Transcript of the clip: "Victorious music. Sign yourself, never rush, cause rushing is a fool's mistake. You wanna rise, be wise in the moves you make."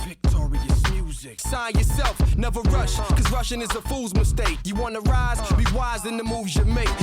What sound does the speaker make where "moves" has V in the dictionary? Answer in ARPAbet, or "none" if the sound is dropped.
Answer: V